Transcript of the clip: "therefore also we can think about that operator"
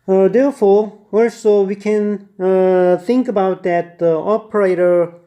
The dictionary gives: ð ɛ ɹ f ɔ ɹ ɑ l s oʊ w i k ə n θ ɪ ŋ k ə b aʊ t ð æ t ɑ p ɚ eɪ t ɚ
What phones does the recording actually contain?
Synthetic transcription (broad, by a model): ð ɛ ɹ f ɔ ɹ ɑ l s oʊ w i k ə n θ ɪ ŋ k ə b aʊ t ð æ t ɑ p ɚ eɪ t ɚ